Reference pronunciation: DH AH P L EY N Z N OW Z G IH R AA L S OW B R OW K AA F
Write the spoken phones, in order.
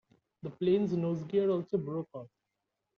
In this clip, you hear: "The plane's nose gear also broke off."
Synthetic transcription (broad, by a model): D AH P L EY N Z N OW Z G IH R AA L S OW B R OW K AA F